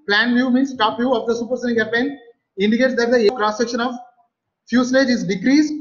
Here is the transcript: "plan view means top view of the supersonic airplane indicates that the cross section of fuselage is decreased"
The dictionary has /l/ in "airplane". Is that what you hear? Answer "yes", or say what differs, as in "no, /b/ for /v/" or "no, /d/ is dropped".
no, /l/ is dropped